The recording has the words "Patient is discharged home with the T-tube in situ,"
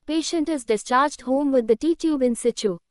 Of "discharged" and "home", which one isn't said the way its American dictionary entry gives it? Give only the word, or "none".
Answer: none